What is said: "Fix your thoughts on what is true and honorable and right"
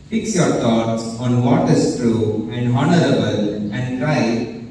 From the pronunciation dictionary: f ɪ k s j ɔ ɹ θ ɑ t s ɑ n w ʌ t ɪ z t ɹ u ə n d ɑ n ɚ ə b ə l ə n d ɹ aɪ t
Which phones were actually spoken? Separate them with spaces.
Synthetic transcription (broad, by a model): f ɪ k s j ɔ ɹ t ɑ t s ɑ n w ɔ t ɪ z t ɹ u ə n d ɑ n ɚ ə b ə l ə n d ɹ aɪ